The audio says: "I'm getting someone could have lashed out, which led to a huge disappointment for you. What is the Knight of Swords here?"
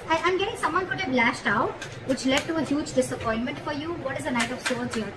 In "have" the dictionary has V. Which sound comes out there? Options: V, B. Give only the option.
B